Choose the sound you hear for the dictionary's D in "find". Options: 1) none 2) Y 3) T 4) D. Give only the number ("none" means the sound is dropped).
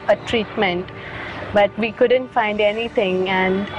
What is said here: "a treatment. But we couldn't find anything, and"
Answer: 4